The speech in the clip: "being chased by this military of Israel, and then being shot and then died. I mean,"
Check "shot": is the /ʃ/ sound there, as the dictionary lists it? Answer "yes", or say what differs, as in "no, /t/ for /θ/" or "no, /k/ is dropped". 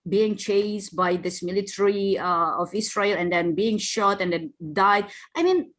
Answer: yes